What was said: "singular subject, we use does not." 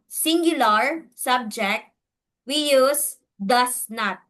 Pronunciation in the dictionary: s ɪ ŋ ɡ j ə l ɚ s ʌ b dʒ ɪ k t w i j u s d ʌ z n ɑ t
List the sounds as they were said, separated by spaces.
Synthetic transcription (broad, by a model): s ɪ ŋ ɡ j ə l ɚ s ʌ b dʒ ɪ k t w i j u s d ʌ s n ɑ t